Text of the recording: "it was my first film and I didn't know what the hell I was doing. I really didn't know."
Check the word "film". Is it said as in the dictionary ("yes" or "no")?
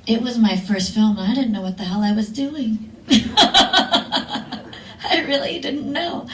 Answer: yes